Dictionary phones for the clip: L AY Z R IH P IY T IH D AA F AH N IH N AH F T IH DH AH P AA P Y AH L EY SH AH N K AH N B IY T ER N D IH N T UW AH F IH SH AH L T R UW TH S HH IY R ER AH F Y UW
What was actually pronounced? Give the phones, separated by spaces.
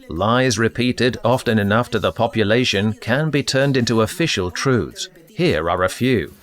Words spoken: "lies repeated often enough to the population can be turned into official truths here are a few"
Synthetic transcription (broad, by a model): L AY Z R IH P IY T IH D AA F AH N IH N AH F T IH DH AH P AA P Y AH L EY SH AH N K AH N B IY T ER N D IH N T UW AH F IH SH AH L T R UW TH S HH IY R ER AH F Y UW